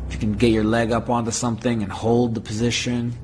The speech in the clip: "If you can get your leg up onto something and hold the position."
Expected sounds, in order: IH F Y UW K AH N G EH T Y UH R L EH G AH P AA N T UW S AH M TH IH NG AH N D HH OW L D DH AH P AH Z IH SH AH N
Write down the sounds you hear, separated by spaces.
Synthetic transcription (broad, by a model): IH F Y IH K AH N G EH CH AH R L EH G AH P AA N T UW S AH M TH IH NG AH N HH OW L D DH AH P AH Z IH SH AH N